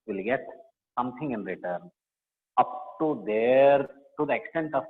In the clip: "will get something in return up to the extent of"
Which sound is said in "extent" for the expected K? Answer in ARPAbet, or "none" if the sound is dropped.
K